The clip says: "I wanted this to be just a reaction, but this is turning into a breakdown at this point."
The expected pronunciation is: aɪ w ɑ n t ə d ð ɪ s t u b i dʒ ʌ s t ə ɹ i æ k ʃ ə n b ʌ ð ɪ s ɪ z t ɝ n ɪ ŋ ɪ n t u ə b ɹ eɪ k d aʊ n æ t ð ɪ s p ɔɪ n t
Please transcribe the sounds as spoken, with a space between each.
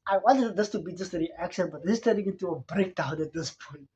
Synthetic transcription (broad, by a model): aɪ w ɑ n t ə d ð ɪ s t u b i dʒ ʌ s t ə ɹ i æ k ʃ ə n b ʌ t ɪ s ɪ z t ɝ ɪ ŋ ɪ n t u ə b ɹ eɪ k d aʊ n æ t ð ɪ s p ɔɪ n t